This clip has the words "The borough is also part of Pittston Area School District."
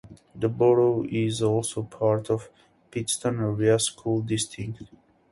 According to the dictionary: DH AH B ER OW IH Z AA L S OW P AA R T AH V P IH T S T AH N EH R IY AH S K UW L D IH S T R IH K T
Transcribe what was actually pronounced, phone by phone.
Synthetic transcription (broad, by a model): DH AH B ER OW IH Z AA L S OW P AA R T AH V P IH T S T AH N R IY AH S K UW L D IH S T IH K T